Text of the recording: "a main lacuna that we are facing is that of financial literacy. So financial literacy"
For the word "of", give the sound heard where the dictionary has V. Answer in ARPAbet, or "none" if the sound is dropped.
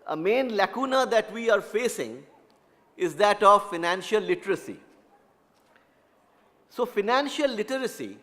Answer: V